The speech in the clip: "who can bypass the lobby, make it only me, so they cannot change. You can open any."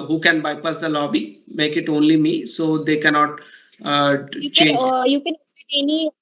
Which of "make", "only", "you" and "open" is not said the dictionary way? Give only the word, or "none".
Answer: open